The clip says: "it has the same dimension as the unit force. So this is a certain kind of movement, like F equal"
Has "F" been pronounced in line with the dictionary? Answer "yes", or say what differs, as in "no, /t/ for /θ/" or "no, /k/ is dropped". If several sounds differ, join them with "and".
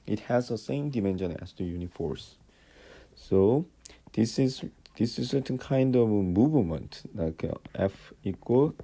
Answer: yes